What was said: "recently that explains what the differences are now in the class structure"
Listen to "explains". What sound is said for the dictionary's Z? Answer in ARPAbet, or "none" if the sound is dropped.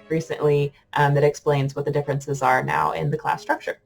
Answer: Z